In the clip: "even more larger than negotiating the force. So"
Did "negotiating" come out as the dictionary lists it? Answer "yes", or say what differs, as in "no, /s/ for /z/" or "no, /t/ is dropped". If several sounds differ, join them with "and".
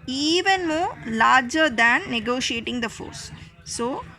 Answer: yes